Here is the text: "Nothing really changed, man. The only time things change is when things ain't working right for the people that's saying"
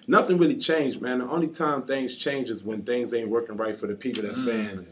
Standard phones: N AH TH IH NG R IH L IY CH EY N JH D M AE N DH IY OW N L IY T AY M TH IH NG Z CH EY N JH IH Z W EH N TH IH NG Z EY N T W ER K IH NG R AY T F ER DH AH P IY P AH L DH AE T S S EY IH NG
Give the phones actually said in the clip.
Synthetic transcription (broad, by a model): N AH TH IH NG R IH L IY CH EY N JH M AE N DH IY OW N L IY T AY M TH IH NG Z CH EY N JH IH Z W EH N TH IH NG Z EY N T W ER K IH NG R AY T F ER DH AH P IY P L DH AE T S S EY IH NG